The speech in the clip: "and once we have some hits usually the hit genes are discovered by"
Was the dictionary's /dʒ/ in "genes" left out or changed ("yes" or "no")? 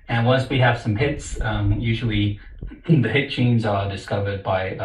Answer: yes